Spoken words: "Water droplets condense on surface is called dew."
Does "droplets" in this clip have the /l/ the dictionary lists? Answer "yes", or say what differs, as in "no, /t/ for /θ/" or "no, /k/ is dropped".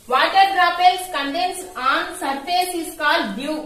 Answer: no, /l/ is dropped